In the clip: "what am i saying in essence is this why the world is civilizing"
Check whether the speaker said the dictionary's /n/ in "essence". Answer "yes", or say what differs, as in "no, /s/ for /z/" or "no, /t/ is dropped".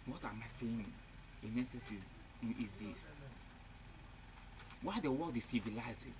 no, /n/ is dropped